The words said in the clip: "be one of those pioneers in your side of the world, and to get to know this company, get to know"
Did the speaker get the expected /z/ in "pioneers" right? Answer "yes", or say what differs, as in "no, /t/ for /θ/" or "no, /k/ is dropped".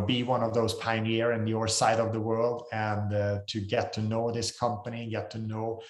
no, /z/ is dropped